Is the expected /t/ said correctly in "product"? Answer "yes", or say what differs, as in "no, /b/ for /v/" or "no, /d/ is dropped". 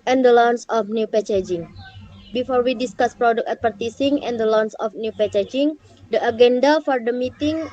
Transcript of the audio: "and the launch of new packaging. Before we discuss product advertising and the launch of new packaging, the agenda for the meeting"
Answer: no, /t/ is dropped